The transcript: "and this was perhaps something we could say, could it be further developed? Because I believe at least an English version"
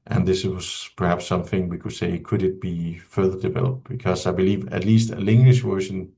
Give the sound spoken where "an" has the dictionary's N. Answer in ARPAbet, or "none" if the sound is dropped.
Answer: L